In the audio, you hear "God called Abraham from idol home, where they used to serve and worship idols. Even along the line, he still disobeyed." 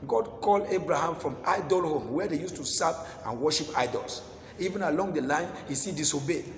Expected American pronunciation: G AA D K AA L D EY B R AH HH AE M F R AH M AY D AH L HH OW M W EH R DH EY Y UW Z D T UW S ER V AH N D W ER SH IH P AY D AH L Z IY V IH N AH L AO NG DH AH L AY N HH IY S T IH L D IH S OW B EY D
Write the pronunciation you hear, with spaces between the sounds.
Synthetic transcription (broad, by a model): G AA D K AA L D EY B R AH HH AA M F R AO M AY D AH L HH OW M W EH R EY Y UW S T UW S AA P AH N W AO SH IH P AY D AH L S IY V IH N AH L AO NG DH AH L AY N HH IY S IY D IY S OW B EY